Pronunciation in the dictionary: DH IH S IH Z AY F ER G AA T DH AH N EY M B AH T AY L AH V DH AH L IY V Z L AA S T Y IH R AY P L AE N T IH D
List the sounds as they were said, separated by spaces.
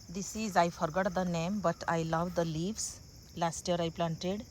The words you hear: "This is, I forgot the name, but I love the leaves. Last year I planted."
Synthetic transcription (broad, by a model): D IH S IH Z AY F ER G AA T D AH N EY M B AH T AY L AH V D AH L IY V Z L AA S T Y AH R AY P L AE N T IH D